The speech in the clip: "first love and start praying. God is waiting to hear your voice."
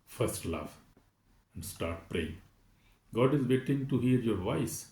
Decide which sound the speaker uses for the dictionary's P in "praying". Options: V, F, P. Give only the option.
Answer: P